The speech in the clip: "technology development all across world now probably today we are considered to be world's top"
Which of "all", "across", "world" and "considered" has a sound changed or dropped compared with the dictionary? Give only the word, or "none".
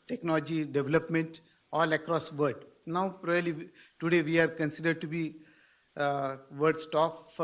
world